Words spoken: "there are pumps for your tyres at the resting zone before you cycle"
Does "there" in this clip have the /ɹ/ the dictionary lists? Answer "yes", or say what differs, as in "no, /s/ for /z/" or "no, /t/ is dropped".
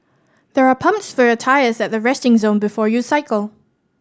yes